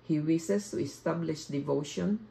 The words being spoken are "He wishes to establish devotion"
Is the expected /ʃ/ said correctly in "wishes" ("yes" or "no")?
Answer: no